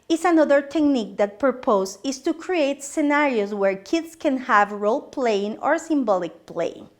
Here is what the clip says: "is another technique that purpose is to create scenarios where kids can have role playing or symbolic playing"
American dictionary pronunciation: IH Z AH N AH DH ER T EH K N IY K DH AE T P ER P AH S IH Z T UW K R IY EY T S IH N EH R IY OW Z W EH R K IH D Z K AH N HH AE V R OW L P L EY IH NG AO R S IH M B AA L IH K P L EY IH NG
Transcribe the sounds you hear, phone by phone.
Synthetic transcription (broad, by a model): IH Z AH N AH DH ER T EH K N IY K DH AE T P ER P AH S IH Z T UW K R IY EY T S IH N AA R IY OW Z W EH R K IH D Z K AH N HH AE V R OW L P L EY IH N AO R S IH M B AA L IH K P L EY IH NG